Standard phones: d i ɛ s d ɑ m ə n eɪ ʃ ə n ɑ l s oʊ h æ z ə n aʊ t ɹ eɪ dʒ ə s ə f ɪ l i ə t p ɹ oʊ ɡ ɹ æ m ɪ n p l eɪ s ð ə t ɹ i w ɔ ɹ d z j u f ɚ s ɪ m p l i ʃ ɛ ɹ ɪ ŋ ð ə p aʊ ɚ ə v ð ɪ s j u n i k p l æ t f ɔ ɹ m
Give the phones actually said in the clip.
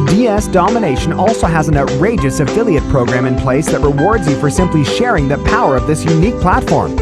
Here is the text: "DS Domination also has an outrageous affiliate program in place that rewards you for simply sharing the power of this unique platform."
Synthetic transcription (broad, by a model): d i ɛ s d ɑ m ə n eɪ ʃ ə n ɑ l s oʊ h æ z n aʊ t ɹ eɪ dʒ ə s ə f ɪ l i ə t p ɹ oʊ ɡ ɹ æ m ɪ n p l eɪ s ð ə t ɹ i w ɔ ɹ d z j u f ɚ s ɪ m p l i ʃ ɛ ɹ ɪ ŋ ð ə p aʊ ɚ ə v ð ɪ s j u n i k p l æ t f ɔ ɹ m